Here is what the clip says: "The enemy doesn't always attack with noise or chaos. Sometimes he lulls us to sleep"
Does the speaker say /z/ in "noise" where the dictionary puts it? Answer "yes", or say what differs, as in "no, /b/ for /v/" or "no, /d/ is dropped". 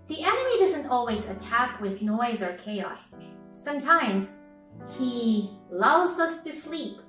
yes